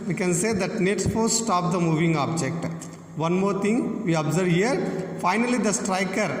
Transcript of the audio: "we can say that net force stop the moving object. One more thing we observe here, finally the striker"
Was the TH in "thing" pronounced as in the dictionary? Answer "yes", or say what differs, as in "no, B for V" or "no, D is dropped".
no, T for TH